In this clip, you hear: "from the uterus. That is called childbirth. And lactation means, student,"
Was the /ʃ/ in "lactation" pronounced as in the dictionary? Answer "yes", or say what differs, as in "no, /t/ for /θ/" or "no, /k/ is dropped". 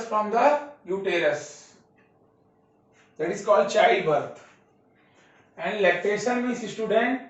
no, /s/ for /ʃ/